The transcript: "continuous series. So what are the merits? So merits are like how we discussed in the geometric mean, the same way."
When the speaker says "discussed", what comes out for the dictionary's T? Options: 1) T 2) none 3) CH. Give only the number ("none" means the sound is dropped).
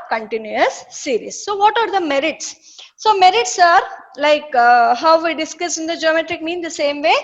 2